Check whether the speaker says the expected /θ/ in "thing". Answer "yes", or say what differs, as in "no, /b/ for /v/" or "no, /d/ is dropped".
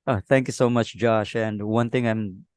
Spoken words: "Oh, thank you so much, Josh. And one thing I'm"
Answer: no, /t/ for /θ/